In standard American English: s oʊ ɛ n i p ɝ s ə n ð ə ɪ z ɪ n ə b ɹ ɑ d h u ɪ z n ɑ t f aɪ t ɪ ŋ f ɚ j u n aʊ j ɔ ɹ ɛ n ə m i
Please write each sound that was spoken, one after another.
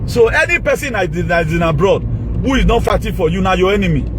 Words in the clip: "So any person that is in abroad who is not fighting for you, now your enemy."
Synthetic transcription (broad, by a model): s oʊ ɛ n i p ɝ s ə n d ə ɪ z ɪ n ə b ɹ ɑ d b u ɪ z n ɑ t f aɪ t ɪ f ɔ j u n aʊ j ɔ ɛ n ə m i